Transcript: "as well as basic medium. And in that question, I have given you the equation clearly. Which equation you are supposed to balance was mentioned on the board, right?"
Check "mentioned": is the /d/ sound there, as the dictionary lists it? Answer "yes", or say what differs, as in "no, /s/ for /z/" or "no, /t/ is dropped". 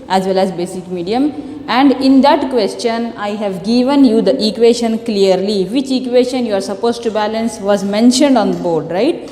yes